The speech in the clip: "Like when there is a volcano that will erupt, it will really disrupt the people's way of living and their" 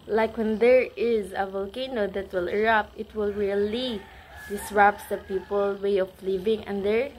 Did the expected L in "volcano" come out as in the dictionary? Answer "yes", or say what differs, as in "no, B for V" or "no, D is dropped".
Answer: yes